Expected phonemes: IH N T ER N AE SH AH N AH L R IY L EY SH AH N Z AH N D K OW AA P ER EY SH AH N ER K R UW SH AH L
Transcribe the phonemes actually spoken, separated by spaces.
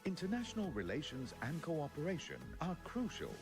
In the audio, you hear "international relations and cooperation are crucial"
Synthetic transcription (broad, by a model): IH N T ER N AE SH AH N AH L R IY L EY SH AH N Z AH N K OW AA P ER EY SH AH N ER K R UW SH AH L